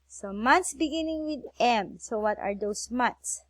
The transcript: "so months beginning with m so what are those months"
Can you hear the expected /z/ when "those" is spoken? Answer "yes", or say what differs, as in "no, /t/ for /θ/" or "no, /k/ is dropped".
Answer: no, /s/ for /z/